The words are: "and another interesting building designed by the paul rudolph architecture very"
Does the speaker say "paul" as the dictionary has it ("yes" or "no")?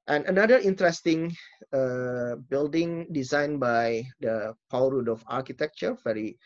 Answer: no